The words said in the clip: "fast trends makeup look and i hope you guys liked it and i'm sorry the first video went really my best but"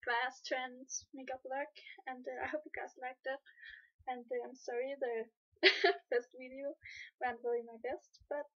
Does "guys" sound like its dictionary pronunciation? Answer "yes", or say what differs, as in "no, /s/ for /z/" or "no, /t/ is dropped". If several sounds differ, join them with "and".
no, /s/ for /z/